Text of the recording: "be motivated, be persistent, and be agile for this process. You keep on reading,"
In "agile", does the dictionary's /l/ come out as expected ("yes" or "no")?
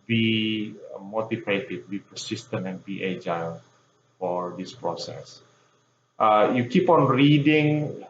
no